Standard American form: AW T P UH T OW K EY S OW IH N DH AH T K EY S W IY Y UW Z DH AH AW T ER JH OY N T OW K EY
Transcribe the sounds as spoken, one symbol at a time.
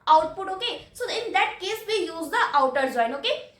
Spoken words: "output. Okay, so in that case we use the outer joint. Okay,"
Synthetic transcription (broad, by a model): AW T P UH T OW K EY S OW IH N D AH T K EY S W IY Y UW Z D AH AW T ER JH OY N OW K EY